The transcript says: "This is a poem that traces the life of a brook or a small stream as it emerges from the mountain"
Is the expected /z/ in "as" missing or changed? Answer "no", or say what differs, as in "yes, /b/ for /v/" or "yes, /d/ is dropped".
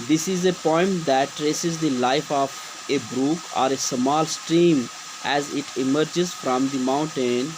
no